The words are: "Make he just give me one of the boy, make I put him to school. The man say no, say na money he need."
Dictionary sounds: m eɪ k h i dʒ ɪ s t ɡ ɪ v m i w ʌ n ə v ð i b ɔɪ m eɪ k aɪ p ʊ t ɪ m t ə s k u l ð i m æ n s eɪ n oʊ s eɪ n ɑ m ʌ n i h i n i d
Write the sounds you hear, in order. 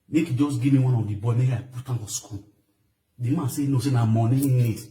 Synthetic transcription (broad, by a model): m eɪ k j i dʒ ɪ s ɡ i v m i w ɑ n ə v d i b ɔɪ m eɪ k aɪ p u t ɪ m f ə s k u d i m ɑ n s eɪ n oʊ s eɪ n ɑ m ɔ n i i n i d